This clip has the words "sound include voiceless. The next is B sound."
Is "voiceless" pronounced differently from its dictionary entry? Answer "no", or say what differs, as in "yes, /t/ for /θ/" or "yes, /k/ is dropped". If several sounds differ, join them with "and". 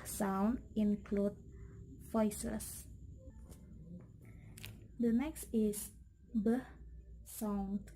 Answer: yes, /l/ is dropped